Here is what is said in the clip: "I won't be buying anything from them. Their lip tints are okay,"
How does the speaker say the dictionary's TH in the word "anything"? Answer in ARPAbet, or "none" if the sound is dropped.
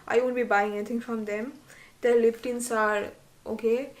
T